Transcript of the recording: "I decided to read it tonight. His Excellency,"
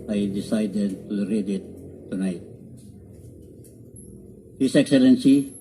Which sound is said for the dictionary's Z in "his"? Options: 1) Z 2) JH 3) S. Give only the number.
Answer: 3